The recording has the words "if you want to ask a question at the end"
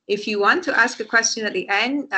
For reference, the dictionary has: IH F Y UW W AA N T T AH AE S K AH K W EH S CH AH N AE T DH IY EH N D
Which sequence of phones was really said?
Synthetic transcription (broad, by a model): IH F Y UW W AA N T T AE S K AH K W EH S CH AH N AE T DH IY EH N D